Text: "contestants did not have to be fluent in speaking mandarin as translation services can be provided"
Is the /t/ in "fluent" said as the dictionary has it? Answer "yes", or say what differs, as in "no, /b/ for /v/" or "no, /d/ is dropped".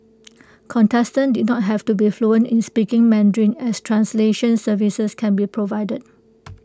no, /t/ is dropped